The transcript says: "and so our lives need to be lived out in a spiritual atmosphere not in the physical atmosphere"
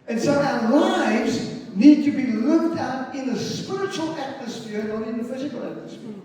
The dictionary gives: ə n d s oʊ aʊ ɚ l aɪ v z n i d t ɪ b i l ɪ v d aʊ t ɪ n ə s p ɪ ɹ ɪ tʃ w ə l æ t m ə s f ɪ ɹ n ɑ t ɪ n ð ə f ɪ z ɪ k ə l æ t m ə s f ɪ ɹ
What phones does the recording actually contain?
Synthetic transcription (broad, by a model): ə n s oʊ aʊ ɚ l aɪ v z n i d t ɪ b i l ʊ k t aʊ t ɪ n ə s p ɪ ɹ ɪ tʃ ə l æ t m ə s f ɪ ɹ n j ɪ n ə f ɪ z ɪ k l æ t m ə s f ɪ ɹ